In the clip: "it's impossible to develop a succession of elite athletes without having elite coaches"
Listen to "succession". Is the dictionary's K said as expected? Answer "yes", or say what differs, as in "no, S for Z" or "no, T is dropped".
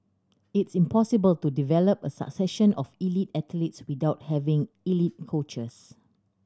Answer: yes